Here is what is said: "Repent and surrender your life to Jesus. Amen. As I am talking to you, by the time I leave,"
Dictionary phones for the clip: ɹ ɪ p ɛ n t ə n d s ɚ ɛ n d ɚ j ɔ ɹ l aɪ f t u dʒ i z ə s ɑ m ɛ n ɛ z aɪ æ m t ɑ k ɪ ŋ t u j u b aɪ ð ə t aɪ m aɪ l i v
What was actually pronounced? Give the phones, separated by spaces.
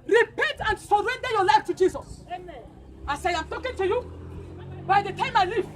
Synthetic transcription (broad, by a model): ɹ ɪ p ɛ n t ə n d s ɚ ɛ n d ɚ j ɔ l aɪ f t u dʒ i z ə s ɑ ɪ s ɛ aɪ m t ɑ k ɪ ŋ t u j u b aɪ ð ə t aɪ m aɪ l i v